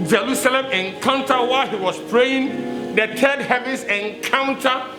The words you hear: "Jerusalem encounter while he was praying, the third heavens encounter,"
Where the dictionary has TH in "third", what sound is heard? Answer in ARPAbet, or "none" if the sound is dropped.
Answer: T